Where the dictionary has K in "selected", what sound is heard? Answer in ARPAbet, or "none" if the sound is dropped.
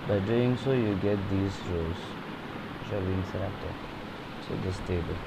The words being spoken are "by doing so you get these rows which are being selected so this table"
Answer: none